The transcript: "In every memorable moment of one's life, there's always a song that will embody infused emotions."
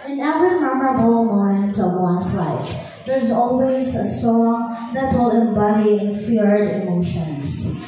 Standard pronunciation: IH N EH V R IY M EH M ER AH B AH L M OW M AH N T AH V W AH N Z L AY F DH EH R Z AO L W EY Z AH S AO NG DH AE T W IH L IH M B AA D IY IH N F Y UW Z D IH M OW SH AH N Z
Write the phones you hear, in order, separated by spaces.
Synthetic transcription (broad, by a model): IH N EH V R IY M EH M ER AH B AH L M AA AH N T AH V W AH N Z L AY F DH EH R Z AO L W EY Z AH S AO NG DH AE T W IH L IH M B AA D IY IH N F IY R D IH M OW SH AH N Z